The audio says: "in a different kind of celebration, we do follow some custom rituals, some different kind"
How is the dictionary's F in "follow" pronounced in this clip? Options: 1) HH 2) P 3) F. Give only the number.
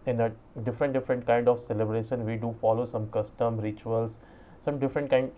3